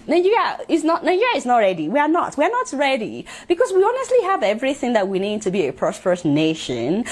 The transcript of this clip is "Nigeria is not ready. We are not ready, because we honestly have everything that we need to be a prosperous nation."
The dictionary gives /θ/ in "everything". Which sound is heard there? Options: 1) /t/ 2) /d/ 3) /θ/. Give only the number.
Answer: 3